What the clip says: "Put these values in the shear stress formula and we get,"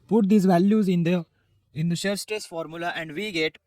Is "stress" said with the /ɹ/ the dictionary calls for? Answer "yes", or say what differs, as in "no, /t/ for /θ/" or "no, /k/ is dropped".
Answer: no, /ɹ/ is dropped